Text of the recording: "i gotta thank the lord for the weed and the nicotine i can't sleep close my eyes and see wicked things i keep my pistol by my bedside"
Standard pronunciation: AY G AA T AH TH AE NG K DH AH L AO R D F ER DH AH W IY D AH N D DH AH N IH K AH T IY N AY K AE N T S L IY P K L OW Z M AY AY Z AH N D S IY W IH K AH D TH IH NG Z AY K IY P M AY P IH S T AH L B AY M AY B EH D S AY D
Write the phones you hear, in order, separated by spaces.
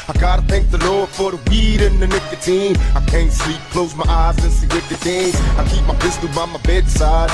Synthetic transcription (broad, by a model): AY G AA T AH TH AE NG K DH AH L AO R D F ER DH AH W IY D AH N DH AH N IH K AH T IY N AY K AE N T S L IY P K L OW Z M AY AY Z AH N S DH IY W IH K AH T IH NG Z AY K IY P M AY B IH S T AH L B AY M AY B EH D S AY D